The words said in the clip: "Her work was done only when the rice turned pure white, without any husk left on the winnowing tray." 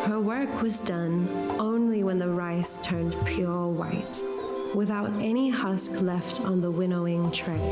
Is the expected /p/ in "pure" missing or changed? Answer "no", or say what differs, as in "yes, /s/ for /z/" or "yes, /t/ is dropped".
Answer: no